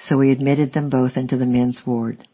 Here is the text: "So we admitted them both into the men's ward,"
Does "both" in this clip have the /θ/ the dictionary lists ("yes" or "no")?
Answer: yes